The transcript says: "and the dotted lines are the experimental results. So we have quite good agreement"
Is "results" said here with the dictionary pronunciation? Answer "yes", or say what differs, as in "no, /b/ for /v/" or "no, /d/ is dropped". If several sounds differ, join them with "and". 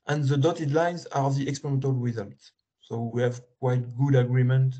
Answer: no, /w/ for /ɹ/